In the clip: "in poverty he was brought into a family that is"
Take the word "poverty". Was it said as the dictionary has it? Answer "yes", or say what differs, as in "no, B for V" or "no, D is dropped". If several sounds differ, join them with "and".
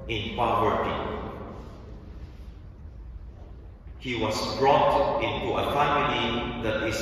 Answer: no, W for V